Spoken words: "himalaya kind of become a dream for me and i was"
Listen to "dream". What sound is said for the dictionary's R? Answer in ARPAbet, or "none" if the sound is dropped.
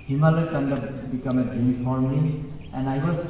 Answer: none